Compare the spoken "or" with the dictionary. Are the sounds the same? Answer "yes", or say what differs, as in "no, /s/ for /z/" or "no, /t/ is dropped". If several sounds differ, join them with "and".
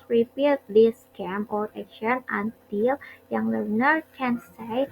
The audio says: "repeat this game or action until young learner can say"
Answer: no, /l/ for /ɹ/